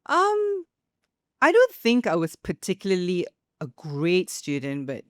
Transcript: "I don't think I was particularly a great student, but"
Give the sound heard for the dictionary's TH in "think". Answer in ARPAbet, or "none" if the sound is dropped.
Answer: TH